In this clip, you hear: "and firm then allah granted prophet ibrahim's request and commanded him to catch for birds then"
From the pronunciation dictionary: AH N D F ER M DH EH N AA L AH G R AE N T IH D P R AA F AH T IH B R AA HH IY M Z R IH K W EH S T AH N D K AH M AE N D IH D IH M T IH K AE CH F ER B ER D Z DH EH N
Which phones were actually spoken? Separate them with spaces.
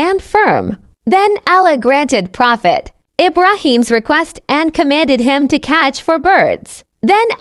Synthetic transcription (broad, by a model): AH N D F ER M DH EH N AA L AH G R AE N T IH D P R AA F AH T IH B R AA HH IY M Z R IH K W EH S T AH N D K AH M AE N D IH D IH M T IH K AE CH F ER B ER D Z DH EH N